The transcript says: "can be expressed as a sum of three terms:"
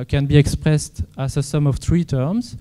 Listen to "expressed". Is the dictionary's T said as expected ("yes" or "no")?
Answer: yes